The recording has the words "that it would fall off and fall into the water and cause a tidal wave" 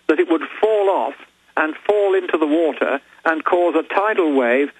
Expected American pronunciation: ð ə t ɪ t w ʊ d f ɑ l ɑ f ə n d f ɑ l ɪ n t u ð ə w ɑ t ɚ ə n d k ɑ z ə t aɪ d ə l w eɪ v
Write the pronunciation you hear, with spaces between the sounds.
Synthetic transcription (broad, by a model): ð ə t ɪ t w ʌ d f ɑ l ɑ f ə n f ɑ l ɪ n t u ð ə w ɑ t ɚ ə n k ɑ z ə t aɪ d l w eɪ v